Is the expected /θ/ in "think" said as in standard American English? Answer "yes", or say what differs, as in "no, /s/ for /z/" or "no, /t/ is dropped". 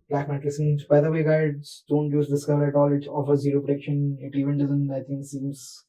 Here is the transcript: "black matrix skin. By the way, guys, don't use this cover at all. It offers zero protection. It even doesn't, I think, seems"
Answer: no, /t/ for /θ/